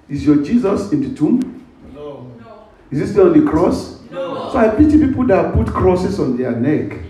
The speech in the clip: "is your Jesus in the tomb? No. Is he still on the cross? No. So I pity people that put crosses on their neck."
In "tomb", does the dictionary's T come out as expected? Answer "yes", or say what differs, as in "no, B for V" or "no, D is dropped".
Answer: yes